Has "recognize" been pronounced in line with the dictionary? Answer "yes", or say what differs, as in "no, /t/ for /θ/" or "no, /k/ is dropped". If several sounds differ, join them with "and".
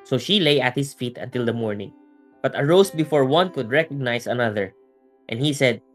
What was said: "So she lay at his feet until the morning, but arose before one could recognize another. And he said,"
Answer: no, /s/ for /z/